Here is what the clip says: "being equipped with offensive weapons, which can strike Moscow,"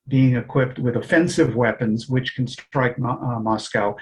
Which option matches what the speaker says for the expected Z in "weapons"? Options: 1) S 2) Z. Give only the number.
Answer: 2